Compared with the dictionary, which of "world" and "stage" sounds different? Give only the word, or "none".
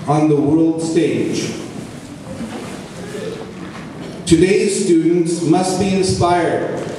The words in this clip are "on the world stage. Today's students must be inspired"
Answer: none